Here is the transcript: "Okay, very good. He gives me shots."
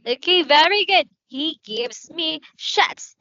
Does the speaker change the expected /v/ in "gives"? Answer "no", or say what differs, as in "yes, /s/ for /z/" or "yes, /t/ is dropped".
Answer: no